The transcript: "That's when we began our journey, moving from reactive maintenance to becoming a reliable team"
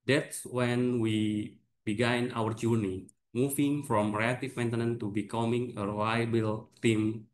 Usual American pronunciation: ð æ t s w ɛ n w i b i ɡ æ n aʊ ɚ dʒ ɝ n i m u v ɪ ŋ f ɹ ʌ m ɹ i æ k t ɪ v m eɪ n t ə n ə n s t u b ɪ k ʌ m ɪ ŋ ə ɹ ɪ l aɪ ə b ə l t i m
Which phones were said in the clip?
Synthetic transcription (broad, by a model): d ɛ t s w ɛ n w i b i ɡ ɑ n aʊ ɚ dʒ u n i m u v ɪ ŋ f ɹ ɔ m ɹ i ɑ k t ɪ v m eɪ n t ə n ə n t u b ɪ k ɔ m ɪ ŋ ə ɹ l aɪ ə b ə l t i m